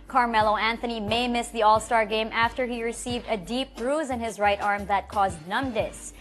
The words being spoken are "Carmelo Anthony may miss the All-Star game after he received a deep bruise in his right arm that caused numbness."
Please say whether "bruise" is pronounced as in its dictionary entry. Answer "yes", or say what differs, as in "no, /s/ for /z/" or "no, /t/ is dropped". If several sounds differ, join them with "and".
yes